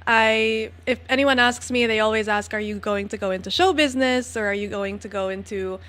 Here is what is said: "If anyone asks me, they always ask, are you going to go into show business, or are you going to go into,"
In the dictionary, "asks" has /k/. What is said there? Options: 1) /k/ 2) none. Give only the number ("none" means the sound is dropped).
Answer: 1